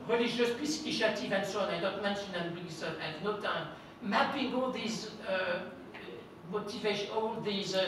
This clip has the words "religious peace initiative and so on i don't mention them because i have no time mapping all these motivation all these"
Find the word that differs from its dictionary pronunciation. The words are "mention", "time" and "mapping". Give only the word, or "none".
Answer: mapping